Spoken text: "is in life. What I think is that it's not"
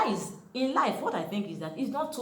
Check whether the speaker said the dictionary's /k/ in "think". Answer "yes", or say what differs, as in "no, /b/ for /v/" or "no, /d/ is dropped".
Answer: yes